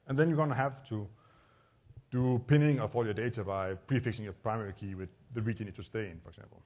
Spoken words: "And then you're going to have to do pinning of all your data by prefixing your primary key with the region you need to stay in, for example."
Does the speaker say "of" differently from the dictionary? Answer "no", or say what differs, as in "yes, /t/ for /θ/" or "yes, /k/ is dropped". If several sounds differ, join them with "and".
yes, /f/ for /v/